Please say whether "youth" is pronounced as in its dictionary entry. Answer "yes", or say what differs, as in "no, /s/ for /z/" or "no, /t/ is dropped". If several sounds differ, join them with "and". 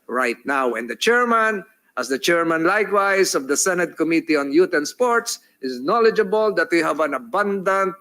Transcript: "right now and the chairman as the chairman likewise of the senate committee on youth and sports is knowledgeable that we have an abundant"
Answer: no, /t/ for /θ/